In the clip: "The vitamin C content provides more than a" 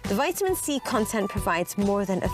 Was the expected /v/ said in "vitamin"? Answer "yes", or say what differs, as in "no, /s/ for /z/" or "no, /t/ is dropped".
yes